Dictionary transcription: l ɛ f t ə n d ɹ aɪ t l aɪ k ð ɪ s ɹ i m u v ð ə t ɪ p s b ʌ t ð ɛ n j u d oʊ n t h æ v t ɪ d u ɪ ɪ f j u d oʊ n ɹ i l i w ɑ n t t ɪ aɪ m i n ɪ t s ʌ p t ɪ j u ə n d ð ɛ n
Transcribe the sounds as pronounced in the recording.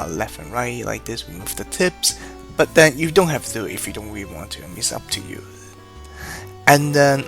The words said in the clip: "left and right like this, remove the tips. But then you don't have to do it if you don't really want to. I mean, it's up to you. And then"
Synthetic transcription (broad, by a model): l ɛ f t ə n ɹ aɪ t l aɪ k ð ɪ s w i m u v ð ə t ɪ p s b ʌ t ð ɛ n j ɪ d oʊ n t h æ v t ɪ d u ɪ ɪ f j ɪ d oʊ n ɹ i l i w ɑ n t t ɪ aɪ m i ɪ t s ʌ p t ɪ j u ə n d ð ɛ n